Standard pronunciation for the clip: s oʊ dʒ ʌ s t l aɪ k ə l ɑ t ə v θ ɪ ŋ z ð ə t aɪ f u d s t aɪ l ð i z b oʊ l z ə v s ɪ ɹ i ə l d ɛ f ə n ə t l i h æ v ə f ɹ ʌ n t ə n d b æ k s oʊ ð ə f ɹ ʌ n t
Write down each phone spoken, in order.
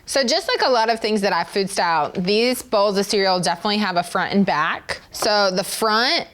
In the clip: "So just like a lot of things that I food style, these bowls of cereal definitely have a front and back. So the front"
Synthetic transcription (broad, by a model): s oʊ dʒ ʌ s t l aɪ k ə l ɑ t ə v θ ɪ ŋ z ð ə t aɪ f u d s t aɪ l ð i z b oʊ l z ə s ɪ ɹ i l d ɛ f ə n ə t l i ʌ v ə f ɹ ʌ n t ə n b æ k s oʊ ð ə f ɹ ʌ n t